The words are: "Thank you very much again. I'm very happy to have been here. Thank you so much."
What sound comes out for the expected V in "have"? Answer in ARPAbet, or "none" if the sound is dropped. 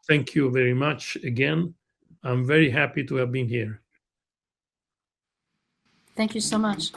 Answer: V